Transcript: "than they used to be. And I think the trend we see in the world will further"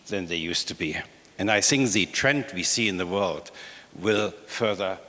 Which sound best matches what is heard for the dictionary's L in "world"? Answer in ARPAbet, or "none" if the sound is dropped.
L